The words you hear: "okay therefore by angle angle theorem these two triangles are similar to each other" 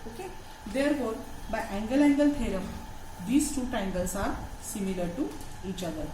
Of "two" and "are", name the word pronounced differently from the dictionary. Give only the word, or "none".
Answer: none